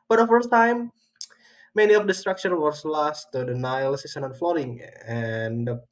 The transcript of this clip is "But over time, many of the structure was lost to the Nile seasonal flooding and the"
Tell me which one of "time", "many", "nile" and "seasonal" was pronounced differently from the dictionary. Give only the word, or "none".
seasonal